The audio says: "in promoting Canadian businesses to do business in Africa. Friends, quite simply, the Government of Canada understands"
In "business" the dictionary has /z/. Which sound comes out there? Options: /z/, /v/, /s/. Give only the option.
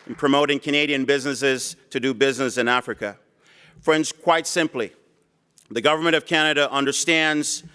/z/